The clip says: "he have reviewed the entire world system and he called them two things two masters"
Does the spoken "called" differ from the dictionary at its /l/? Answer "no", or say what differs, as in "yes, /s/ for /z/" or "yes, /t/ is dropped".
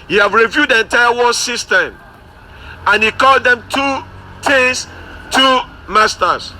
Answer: no